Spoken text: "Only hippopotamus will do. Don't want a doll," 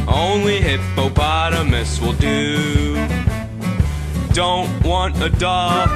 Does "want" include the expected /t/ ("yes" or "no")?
yes